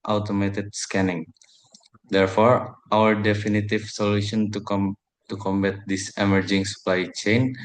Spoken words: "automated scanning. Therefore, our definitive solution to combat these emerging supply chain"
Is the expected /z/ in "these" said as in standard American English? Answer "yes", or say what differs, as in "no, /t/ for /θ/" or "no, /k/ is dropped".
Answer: no, /s/ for /z/